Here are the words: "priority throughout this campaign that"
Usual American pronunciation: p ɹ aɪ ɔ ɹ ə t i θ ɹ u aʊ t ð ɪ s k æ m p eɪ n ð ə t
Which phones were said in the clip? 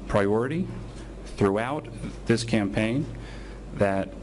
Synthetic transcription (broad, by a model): p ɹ aɪ ɔ ɹ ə t i θ ɹ u aʊ t ð ɪ s k æ m p eɪ n ð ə t